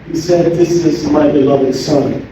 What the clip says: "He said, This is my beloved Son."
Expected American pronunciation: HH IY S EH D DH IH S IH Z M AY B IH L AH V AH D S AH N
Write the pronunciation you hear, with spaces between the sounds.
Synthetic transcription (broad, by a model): HH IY S EH D DH IH S IH Z M AY B IH L AH V AH D S AH N